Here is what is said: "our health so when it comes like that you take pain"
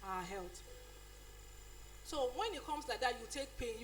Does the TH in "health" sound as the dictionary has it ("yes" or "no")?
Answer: no